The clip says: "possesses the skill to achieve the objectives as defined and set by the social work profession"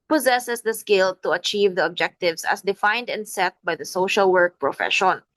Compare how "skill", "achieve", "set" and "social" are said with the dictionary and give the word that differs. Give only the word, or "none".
none